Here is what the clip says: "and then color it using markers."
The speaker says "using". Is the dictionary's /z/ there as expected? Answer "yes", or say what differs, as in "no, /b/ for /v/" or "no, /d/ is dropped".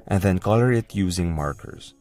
yes